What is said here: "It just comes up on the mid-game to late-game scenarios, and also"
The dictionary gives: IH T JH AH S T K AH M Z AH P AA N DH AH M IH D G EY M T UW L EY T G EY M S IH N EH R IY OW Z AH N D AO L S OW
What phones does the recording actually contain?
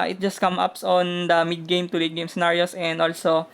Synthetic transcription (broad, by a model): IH T JH AH S T K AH M AH P AA N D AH M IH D G EY M T UW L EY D G EY M S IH N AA R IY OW S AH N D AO L S OW